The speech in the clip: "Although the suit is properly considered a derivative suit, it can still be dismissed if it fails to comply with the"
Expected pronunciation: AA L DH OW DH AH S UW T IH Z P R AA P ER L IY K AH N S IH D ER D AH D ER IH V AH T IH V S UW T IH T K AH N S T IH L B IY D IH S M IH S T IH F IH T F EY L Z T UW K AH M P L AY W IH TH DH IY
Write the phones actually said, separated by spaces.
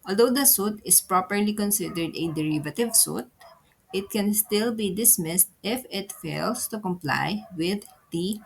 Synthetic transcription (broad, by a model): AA L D OW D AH S UW T IH S P R AA P ER L IY K AH N S IH D ER D AH D ER IH V AH T IH V S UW T IH T K AH N S T IH L B IY D IH S M IH S T IH F IH T F EY L S T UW K AH M P L AY W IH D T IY